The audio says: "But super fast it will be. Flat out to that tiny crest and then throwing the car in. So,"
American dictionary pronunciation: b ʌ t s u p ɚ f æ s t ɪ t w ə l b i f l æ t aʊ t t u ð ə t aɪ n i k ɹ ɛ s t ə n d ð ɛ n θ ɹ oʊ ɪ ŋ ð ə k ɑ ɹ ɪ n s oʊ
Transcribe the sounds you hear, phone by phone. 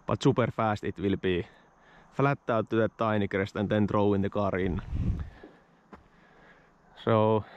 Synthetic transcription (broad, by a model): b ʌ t s u p ɚ f æ s t ɪ t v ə l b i f l æ t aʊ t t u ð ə t aɪ n i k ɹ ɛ s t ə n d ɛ n t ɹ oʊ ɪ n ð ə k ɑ ɹ ɪ n s oʊ